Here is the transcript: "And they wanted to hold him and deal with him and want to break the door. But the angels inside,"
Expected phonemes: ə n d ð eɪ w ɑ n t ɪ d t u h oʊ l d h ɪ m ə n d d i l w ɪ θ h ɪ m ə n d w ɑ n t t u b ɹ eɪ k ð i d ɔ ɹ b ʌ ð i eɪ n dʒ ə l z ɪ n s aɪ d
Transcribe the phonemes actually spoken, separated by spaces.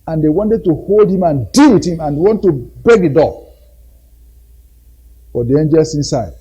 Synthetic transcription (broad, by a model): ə n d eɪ w ɑ n t ɪ d t u h oʊ l d h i m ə n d d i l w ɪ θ h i m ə n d w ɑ n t t u b eɪ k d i d ɔ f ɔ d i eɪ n dʒ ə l s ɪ n s aɪ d